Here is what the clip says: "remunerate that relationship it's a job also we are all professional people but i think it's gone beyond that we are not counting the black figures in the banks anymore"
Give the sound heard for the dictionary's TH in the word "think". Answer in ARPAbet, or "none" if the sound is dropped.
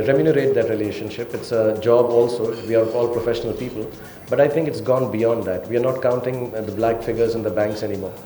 T